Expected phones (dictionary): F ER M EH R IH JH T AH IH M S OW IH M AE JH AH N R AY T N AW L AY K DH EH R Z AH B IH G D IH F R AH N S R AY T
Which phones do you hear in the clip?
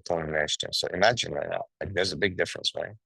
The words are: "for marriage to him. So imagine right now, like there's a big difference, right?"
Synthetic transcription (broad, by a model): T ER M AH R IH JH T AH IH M S OW IH M AE JH AH N R AY T N AW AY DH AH R Z AH B IH G D IH F R AH N S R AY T